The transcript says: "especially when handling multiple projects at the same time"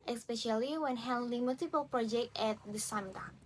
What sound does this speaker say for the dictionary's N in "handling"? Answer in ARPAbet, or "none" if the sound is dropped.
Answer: L